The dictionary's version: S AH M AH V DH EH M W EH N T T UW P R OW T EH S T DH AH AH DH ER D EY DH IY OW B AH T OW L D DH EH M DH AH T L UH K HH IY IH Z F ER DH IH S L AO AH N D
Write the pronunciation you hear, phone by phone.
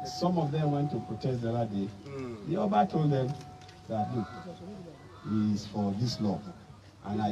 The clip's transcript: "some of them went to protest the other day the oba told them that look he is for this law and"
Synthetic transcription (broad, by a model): S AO M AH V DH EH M W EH N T T UW P R OW T EH S T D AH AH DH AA D EY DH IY OW B AH T OW L D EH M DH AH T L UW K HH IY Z F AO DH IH S L AO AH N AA